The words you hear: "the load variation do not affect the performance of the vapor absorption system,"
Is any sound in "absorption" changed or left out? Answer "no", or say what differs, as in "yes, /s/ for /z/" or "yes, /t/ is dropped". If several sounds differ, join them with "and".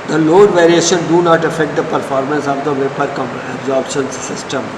yes, /b/ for /p/